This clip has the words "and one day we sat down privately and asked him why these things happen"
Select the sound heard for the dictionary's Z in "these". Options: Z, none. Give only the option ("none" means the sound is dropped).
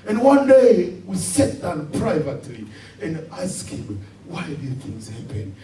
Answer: none